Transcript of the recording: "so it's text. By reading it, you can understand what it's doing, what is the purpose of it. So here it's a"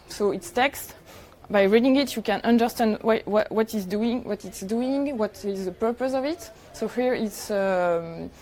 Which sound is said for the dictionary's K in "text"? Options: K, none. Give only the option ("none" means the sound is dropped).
K